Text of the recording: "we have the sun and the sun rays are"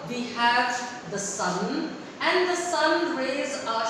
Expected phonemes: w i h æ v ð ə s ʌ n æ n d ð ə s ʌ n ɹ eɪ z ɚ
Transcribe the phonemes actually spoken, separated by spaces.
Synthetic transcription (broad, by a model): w i h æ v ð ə s ʌ n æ n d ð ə s ʌ n ɹ eɪ z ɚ